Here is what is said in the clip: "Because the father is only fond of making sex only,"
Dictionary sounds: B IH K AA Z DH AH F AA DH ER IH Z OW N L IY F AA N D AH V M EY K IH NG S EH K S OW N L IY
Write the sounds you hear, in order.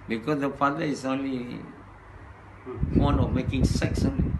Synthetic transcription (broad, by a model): B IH K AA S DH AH F AA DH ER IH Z OW N L IY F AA N AH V M EY K IH NG S EH K S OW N L IY